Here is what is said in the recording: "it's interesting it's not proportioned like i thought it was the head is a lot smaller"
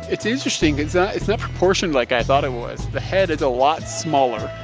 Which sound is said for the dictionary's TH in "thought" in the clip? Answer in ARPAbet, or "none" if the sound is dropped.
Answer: TH